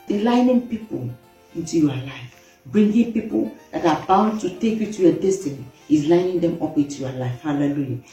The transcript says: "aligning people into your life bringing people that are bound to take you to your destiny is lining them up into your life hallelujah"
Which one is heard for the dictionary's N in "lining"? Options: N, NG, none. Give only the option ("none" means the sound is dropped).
N